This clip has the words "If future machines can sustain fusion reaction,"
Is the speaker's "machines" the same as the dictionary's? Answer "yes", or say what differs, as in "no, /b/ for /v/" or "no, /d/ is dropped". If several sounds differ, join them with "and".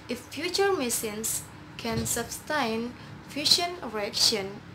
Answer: no, /s/ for /ʃ/ and /s/ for /z/